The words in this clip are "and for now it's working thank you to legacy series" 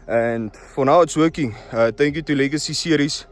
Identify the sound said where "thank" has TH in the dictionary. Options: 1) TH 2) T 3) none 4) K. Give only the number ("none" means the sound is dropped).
2